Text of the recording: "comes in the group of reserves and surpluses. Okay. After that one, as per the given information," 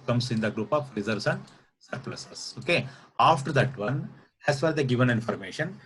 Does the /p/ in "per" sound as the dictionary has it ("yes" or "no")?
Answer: no